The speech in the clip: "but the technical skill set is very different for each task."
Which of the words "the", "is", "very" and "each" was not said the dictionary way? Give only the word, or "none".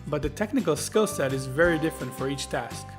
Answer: none